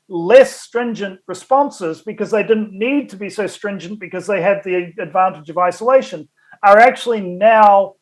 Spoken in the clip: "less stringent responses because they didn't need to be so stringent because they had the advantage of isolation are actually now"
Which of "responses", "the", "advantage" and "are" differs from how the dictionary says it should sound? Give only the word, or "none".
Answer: none